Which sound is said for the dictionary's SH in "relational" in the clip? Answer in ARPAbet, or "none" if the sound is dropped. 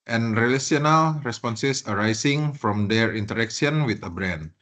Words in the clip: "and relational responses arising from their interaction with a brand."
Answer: S